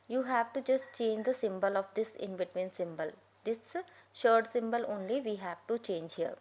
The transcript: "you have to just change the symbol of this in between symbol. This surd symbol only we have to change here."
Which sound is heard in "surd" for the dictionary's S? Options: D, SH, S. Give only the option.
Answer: SH